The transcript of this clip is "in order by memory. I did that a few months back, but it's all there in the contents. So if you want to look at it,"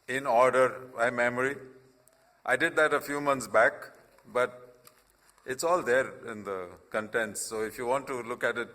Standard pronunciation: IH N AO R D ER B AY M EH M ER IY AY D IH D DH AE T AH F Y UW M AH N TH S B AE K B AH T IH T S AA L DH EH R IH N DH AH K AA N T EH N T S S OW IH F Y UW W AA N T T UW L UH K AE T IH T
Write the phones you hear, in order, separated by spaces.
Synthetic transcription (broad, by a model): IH N AO R D ER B AY M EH M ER IY AY D IH D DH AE T AH F Y UW M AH N T S B AE K B AH T IH T S AA L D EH R IH N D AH K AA N T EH N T S S OW IH F Y UW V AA N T T UW L UH K AE T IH T